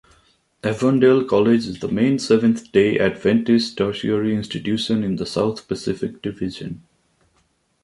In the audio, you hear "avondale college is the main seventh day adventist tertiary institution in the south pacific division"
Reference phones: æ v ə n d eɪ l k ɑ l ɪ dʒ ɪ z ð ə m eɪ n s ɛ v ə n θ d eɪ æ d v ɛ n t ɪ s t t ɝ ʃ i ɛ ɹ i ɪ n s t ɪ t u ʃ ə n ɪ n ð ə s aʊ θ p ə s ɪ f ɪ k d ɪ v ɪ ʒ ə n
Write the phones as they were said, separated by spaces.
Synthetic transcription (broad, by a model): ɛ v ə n d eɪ l k ɑ l ɪ dʒ ɪ z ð ə m eɪ n s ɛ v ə n t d eɪ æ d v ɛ n t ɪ s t t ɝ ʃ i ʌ ɹ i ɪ n s t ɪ t u ʃ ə n ɪ n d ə s aʊ t p ə s ɪ f ɪ k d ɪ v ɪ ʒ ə n